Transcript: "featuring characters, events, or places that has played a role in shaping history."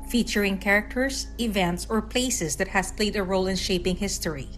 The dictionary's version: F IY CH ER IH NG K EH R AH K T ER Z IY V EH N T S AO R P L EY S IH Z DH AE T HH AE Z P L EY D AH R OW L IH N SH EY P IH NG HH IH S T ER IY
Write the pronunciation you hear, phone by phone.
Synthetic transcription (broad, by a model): F IY CH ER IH NG K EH R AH K T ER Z IY V EH N T S AO R P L EY S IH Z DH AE T HH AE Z P L EY D AH R OW L IH N SH EY P IH NG HH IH S T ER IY